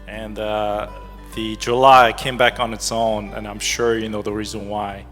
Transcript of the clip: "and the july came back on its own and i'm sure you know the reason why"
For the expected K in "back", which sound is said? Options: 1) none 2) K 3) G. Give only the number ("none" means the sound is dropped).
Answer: 2